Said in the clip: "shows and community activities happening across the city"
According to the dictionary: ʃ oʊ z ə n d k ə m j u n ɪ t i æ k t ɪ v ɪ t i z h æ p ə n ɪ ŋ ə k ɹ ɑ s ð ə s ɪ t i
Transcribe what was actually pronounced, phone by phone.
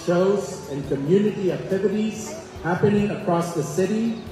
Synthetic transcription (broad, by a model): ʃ oʊ z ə n k ə m j u n ɪ t i æ k t ɪ v ɪ t i z h æ p ə n ɪ ŋ ə k ɹ ɑ s ð ə s ɪ t i